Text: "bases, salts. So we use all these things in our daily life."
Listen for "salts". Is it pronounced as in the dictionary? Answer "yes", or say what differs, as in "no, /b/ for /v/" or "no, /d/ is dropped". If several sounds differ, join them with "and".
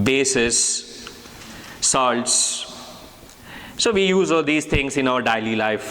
yes